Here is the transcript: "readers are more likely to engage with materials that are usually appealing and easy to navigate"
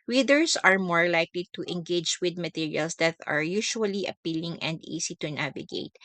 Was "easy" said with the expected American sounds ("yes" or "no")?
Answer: no